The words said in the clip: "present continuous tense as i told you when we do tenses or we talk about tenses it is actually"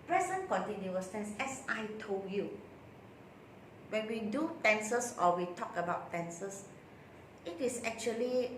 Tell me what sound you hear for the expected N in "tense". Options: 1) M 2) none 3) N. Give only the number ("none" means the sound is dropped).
3